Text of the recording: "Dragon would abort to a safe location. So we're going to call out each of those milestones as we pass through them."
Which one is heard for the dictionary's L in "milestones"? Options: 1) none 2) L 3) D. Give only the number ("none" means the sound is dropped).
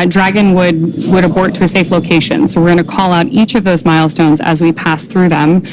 2